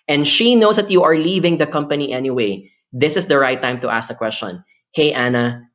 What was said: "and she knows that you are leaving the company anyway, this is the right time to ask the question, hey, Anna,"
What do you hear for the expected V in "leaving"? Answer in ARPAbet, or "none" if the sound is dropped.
V